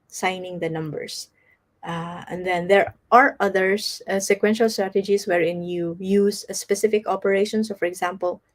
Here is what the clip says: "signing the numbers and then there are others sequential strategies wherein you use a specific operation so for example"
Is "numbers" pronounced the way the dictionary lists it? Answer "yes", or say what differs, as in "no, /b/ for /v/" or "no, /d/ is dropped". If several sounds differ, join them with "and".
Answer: no, /s/ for /z/